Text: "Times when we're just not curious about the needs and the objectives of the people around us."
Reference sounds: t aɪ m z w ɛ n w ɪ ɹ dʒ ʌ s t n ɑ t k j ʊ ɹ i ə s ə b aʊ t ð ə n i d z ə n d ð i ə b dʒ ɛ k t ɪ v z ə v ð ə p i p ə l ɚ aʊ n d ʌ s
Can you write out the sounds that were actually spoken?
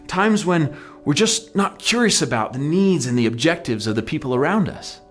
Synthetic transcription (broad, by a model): t aɪ m z w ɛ n w ɪ ɹ dʒ ʌ s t n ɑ t k j ʊ ɹ i ə s ə b aʊ t ð ə n i d z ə n ð i ə b dʒ ɛ k t ɪ v z ə v ð ə p i p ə l ɚ aʊ n d ʌ s